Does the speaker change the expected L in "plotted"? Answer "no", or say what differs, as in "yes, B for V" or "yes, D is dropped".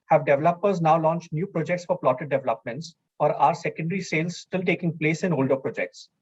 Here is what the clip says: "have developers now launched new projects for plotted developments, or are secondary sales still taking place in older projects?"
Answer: no